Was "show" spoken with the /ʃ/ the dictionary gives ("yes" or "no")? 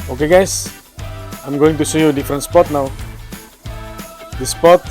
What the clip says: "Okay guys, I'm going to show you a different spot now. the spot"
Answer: no